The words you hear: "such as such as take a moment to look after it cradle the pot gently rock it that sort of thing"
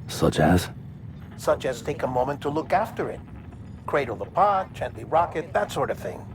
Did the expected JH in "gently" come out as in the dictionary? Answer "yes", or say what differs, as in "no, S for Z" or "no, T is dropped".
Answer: no, CH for JH